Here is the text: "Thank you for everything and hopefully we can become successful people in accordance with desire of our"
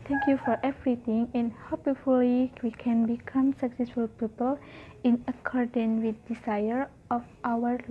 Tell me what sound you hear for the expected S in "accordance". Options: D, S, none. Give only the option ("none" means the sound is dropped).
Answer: none